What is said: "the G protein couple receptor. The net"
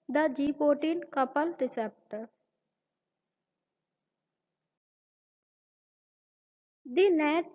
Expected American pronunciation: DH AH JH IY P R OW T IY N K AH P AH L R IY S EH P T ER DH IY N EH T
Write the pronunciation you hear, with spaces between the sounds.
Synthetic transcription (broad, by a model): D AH JH IY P OW T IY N K AH P AH L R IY S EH P T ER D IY N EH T